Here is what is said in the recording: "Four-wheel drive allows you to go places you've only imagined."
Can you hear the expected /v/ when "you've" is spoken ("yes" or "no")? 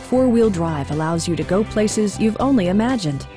yes